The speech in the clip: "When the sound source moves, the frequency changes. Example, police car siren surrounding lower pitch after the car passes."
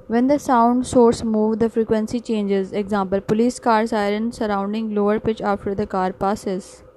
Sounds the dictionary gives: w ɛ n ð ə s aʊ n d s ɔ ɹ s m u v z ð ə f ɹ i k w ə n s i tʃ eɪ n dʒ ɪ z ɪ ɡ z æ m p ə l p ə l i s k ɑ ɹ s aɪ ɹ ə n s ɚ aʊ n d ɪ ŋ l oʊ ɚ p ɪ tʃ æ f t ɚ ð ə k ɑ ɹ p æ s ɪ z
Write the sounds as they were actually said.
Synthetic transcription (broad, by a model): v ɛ n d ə s aʊ n d s ɔ ɹ s m u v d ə f ɹ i k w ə n s i tʃ eɪ n dʒ ɪ z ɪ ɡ z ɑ m p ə l p ə l i s k ɑ ɹ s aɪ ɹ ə n s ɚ aʊ n d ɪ ŋ l oʊ ɚ p ɪ tʃ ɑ f t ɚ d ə k ɑ ɹ p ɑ s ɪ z